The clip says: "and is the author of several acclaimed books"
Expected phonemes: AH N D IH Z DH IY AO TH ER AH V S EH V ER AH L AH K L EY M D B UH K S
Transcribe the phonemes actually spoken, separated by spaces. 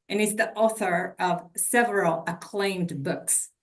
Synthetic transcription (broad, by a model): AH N IH Z DH IY AO TH ER AH V S EH V ER AH L AH K L EY M D B UH K S